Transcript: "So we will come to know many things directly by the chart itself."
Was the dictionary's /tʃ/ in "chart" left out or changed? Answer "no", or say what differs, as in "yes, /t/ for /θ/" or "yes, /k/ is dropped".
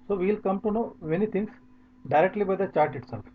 no